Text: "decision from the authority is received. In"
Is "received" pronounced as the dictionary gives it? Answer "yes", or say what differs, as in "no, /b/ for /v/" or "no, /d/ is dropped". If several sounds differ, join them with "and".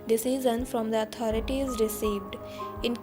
yes